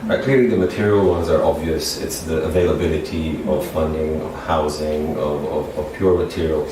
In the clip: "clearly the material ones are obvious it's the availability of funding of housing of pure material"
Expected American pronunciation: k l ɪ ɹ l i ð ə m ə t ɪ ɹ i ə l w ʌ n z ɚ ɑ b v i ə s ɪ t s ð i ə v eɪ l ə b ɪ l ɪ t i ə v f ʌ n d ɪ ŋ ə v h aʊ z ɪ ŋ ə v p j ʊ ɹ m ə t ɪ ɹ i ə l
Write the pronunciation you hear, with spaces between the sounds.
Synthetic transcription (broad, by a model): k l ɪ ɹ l i ð ə m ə t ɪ ɹ i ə l w ʌ n z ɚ ɑ b v i ə s ɪ t s ð i ə v eɪ l ə b ɪ l ɪ t i ə v f ʌ n d ɪ ŋ ə v h aʊ z ɪ ŋ ə v p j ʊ ɹ m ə t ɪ ɹ i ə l